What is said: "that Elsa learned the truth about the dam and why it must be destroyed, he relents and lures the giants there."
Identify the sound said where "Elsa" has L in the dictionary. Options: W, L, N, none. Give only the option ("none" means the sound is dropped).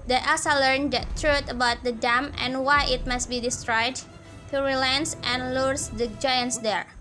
none